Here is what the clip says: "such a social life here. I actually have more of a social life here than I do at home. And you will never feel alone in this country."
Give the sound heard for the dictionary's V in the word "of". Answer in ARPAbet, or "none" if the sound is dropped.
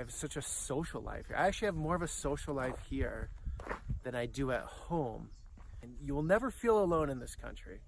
V